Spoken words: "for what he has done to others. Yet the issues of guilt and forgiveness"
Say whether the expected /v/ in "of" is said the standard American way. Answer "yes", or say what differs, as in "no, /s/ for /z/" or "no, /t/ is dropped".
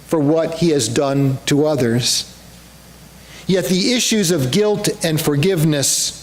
yes